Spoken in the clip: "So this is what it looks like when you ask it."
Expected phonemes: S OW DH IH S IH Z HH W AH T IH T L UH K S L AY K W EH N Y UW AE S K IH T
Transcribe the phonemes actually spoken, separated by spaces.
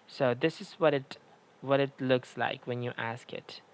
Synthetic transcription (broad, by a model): S OW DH IH S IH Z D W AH T IH T L UH K S L AY K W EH N Y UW AE S K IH T